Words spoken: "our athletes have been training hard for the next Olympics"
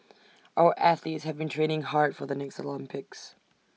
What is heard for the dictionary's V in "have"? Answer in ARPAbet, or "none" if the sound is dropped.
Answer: V